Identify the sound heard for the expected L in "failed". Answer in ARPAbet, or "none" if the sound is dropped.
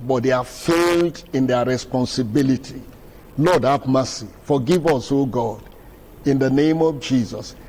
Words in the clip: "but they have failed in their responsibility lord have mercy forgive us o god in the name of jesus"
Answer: L